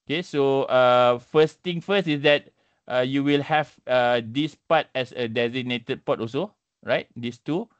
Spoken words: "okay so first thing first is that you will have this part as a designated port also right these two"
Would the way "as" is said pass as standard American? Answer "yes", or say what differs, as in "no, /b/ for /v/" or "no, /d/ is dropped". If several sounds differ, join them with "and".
no, /s/ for /z/